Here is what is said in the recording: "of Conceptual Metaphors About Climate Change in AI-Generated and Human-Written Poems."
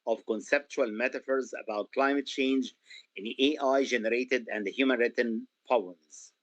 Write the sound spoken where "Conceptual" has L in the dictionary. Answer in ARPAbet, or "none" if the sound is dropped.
L